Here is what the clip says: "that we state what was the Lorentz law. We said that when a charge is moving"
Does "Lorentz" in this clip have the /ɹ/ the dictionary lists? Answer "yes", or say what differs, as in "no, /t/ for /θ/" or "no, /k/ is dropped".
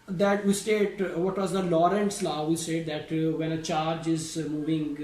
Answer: yes